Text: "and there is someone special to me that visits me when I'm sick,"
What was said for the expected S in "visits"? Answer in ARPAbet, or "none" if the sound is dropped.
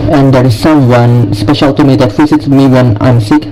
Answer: none